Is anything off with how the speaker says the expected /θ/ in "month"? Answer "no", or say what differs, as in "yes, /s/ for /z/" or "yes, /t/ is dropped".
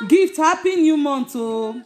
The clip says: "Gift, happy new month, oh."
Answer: yes, /s/ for /θ/